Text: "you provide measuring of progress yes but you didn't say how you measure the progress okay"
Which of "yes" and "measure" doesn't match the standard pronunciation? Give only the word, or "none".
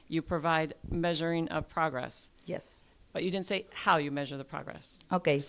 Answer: none